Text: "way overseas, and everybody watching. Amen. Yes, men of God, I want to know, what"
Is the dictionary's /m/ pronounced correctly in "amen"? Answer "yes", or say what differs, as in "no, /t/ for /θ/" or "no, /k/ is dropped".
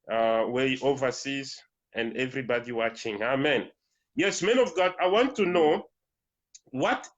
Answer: yes